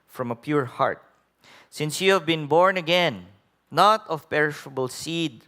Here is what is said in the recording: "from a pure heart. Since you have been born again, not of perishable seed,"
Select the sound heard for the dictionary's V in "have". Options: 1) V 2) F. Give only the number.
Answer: 1